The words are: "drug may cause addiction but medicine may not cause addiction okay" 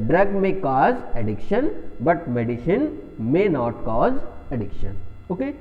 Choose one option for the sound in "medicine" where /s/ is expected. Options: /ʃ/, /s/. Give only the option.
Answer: /ʃ/